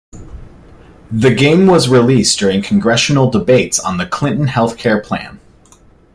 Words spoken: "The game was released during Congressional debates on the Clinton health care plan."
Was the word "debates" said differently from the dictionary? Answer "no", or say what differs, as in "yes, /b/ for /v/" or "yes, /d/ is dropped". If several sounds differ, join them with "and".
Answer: no